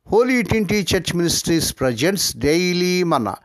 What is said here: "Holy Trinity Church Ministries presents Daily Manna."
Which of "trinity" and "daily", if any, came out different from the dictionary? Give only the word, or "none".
trinity